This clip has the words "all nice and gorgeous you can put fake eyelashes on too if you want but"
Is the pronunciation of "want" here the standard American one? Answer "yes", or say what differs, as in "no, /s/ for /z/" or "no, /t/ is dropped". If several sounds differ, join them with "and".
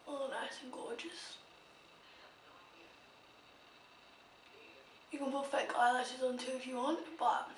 yes